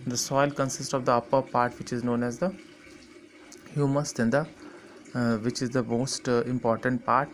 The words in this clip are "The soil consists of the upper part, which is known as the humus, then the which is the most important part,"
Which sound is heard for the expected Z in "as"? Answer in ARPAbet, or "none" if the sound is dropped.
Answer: Z